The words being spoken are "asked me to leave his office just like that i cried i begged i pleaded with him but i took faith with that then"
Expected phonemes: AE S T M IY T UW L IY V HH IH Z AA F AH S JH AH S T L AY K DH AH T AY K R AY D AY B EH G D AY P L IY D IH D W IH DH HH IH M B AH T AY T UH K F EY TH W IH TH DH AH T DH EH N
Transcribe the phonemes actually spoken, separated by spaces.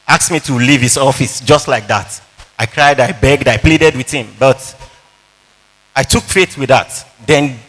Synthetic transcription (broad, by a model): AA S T M IY T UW L IY V HH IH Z AA F AH S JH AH S T L AY K DH AH T AY K R AY D AY B EH G D AY P L IY D IH D W IH DH HH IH M B AH T AY T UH K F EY T W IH DH AH T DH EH N